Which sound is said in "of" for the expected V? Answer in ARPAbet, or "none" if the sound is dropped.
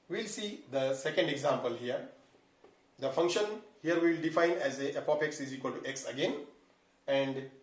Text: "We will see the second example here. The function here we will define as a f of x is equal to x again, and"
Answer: P